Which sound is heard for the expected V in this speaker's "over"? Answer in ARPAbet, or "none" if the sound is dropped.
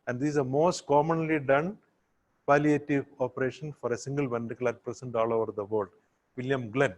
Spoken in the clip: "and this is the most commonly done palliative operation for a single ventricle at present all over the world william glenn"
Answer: V